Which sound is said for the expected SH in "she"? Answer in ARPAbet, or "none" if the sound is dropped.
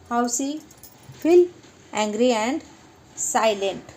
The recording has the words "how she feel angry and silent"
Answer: S